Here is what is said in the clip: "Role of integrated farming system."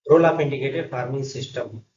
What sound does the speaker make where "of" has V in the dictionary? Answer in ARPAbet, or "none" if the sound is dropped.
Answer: P